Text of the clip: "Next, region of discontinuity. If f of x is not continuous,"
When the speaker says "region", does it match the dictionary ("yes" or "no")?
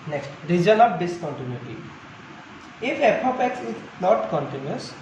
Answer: no